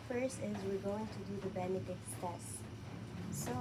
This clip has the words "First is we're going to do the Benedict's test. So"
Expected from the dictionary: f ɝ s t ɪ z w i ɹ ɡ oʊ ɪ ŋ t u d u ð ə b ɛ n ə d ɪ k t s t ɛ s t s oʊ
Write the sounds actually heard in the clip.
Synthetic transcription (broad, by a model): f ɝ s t ɪ z w i ɹ ɡ oʊ ɪ ŋ t u d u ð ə b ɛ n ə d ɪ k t s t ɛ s s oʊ